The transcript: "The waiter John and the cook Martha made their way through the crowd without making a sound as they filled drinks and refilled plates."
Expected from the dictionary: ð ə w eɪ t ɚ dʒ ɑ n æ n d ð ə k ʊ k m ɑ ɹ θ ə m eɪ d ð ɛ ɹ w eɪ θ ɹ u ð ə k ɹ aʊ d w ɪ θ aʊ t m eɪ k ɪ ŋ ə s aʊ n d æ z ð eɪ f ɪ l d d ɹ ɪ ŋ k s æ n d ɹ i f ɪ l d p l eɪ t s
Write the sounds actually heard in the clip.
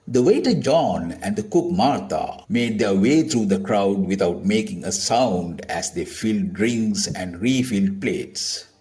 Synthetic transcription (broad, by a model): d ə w eɪ t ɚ dʒ ɑ n æ n d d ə k ʊ k m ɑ ɹ t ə m eɪ d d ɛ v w eɪ t ɹ u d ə k ɹ aʊ d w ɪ t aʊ t m eɪ k ɪ ŋ ə s aʊ n d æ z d eɪ f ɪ l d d ɹ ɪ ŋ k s æ n d ɹ i f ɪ l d p l eɪ t s